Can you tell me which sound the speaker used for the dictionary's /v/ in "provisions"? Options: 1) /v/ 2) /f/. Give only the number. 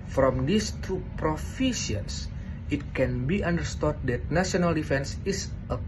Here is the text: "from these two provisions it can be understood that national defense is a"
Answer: 2